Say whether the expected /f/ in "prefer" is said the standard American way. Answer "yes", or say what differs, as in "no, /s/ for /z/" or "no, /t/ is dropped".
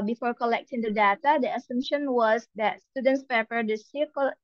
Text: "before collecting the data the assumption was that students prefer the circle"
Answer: no, /p/ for /f/